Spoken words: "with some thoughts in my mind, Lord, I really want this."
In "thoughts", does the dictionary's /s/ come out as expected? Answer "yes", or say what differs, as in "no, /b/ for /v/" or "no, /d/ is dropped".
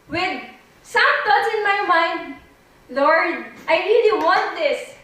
no, /s/ is dropped